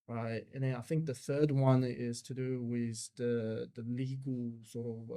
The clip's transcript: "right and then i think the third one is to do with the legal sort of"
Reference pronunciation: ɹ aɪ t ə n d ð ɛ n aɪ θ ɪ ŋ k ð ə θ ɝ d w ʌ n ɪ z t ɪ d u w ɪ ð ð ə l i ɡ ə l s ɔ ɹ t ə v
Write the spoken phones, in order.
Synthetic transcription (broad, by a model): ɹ aɪ t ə n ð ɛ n aɪ θ ɪ ŋ k ð ə θ ɝ d w ʌ n ɪ z t ɪ d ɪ w ɪ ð ð ə l i ɡ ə l s ɔ ɹ t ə v